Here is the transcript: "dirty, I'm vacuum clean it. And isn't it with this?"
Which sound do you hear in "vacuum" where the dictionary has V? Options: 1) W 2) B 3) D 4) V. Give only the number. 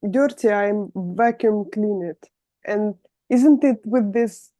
4